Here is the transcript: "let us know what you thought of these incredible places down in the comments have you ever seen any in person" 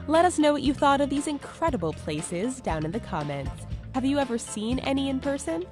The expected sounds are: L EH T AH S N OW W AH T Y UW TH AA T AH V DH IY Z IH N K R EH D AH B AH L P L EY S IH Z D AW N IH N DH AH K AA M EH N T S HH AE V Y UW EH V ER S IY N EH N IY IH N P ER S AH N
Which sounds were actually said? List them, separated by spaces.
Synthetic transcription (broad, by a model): L EH T AH S N OW W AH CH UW TH AA T AH V DH IY Z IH N K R EH D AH B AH L P L EY S IH Z D AW N IH N DH AH K AA M EH N T S HH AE V Y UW EH V ER S IY N EH N IY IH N P ER S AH N